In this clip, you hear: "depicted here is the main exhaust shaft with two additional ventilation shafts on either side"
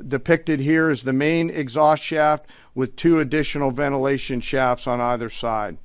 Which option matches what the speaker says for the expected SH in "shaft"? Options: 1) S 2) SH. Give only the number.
2